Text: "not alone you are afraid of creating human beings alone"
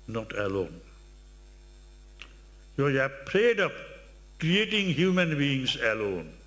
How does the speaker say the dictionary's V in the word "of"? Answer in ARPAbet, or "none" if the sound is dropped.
P